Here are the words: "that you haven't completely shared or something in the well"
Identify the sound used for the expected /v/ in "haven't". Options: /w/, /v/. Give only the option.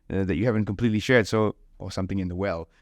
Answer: /v/